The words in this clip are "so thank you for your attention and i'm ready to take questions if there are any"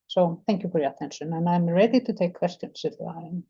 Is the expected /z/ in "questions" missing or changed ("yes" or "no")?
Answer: yes